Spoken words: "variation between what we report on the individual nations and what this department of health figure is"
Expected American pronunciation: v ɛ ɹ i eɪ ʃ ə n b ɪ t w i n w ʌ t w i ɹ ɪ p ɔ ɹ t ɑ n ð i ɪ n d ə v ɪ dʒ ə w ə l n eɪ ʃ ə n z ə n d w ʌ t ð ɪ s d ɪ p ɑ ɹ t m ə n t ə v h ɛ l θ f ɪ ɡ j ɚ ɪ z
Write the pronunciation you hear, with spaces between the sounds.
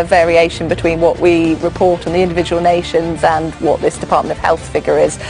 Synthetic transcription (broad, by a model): v ɛ ɹ i eɪ ʃ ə n b ɪ t w i n w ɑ t w i ɹ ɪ p ɔ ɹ t n ð i ɪ n d ə v ɪ dʒ ə w ə l n eɪ ʃ ə n z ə n w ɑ t ð ɪ s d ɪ p ɑ t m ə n t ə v h ɛ l θ f ɪ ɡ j ɚ ɪ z